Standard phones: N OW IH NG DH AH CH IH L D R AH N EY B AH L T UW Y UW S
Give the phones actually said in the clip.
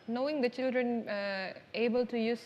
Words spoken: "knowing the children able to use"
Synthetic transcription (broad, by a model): N OW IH NG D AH CH IH L D R AH N EY B AH L T UW Y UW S